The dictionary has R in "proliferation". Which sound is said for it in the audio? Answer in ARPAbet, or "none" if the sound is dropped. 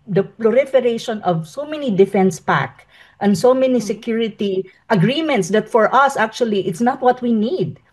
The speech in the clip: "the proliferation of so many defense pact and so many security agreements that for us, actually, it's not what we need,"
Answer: L